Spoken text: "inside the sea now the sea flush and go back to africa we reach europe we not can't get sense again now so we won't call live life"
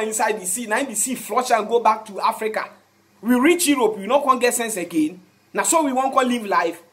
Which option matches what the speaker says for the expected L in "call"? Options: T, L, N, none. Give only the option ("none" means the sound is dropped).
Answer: N